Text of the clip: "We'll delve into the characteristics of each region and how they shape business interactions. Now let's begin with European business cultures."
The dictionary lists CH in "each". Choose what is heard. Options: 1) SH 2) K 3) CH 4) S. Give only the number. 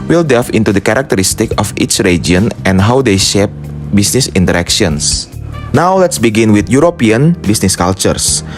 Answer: 3